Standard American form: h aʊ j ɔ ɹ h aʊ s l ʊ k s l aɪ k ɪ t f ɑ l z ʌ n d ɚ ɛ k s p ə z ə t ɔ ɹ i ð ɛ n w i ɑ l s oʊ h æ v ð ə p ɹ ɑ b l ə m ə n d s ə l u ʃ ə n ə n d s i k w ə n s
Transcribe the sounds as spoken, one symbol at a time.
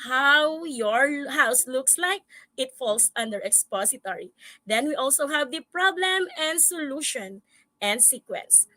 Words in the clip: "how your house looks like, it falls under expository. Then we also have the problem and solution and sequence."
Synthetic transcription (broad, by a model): h aʊ j ɔ ɹ h aʊ s l ʊ k s l aɪ k ɪ t f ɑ l s ʌ n d ɚ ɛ k s p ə s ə t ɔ ɹ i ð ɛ n w i ɑ l s oʊ h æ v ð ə p ɹ ɑ b l ə m ə n d s ə l u ʃ ə n ə n d s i k w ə n s